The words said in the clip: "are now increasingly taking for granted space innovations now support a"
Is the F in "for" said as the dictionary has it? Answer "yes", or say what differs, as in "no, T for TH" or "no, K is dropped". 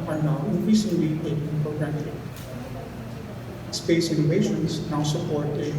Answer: no, P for F